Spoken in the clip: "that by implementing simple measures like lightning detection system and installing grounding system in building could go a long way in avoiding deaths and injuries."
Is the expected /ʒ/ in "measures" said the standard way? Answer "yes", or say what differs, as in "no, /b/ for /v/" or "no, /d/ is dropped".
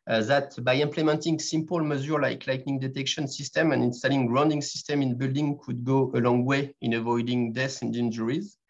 no, /z/ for /ʒ/